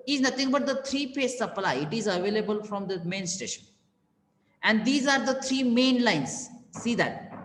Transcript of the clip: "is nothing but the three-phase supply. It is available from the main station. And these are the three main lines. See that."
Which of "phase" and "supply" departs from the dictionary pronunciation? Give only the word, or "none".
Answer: phase